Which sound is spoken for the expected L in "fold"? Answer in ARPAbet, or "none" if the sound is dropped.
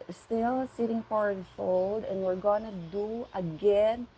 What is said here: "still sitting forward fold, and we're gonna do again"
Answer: L